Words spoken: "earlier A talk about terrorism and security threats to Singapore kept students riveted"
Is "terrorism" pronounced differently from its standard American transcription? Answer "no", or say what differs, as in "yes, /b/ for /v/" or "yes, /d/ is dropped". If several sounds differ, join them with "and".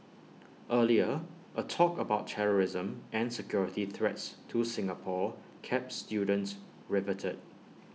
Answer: no